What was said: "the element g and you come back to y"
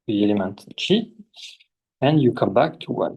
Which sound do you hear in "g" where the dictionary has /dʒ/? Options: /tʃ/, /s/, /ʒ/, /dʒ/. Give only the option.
/tʃ/